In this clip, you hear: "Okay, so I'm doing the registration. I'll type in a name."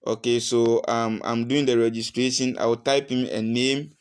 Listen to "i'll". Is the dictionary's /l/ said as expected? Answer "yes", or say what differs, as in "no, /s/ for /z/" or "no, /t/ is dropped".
no, /w/ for /l/